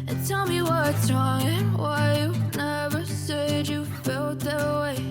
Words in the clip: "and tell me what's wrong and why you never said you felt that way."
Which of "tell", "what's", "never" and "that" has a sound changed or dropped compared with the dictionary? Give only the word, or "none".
what's